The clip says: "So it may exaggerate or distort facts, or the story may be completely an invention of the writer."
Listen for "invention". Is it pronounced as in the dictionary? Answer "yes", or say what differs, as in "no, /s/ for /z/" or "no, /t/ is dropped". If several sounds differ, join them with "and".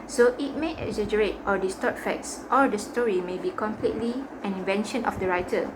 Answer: yes